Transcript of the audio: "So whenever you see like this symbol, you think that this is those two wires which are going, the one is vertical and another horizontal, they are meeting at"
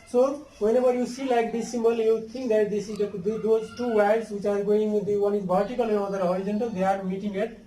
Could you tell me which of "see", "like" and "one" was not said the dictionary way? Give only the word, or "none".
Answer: none